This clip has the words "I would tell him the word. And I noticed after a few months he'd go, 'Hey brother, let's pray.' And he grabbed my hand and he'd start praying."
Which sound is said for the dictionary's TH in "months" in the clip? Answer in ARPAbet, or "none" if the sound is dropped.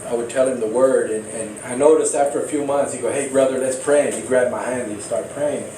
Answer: TH